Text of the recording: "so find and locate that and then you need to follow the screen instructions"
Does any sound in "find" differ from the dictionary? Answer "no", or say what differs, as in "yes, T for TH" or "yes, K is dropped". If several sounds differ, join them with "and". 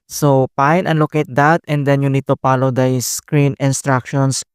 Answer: yes, P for F and D is dropped